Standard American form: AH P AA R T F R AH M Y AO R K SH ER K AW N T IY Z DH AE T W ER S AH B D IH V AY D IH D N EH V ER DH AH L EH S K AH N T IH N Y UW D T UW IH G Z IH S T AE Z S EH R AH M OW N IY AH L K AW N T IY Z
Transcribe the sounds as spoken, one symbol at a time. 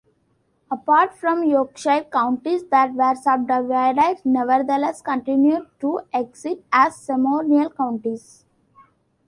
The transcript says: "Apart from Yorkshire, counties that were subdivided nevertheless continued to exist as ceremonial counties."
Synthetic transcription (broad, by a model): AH P AA R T F R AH M Y AO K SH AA K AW N T IY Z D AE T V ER S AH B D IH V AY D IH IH N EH V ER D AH L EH S K AH N T IH N Y UW D T UW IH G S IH T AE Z S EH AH M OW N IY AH L K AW N T IY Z